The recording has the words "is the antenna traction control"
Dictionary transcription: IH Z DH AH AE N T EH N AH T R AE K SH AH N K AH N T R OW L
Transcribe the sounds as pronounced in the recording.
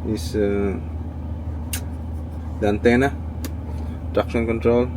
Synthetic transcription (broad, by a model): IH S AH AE N T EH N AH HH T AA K S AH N K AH N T R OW L